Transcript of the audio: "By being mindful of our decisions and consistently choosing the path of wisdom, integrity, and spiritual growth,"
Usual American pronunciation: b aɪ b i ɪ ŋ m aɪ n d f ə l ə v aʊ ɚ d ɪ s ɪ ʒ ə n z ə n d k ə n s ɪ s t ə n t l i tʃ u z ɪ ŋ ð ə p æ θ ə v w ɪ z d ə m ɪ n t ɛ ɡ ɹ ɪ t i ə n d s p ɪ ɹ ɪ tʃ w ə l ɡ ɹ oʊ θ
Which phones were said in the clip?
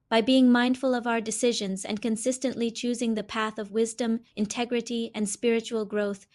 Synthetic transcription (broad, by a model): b aɪ b i ɪ ŋ m aɪ n d f ə l ə v aʊ ɚ d ɪ s ɪ ʒ ə n z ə n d k ə n s ɪ s t ə n t l i tʃ u z ɪ ŋ ð ə p æ θ ə v w ɪ z d ə m ɪ n t ɛ ɡ ɹ ɪ t i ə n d s p ɪ ɹ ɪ tʃ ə l ɡ ɹ oʊ θ